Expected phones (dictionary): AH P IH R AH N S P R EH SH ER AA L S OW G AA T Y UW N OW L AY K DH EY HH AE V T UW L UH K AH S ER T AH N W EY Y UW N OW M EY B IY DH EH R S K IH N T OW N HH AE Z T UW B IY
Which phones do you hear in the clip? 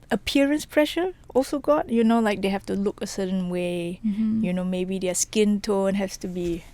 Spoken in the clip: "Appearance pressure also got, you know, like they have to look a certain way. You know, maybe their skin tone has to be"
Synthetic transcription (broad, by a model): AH P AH R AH N S P R EH SH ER AA L S OW G AA T Y UW N OW L AY K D EY HH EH F T UW L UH K AH S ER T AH N W EY Y UW N OW M EY B IY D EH S K IH N T OW N HH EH S T UW B IY